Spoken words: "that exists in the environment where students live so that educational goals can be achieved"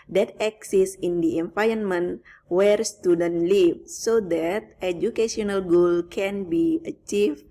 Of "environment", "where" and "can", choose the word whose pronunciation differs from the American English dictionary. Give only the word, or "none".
environment